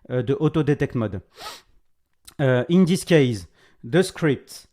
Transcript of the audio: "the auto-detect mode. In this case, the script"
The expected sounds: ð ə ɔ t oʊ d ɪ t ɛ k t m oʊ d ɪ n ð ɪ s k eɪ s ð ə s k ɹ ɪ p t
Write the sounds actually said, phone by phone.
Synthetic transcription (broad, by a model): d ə ɔ t oʊ d ɪ t ɛ k t m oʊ d ɪ n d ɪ s k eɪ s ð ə s k ɹ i p t